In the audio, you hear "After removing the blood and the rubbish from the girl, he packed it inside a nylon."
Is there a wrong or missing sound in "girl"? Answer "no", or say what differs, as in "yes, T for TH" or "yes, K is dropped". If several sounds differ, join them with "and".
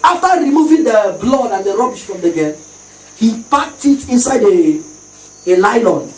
yes, N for L